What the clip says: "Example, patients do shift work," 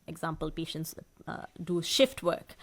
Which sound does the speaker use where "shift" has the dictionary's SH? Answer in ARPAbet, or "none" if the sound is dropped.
SH